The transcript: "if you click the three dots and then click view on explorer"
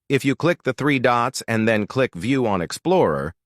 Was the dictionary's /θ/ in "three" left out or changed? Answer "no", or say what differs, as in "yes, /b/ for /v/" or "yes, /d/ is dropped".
no